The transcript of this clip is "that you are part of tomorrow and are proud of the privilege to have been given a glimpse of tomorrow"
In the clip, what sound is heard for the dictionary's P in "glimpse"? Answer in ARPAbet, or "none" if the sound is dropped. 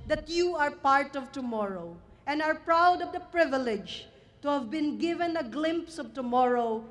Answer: P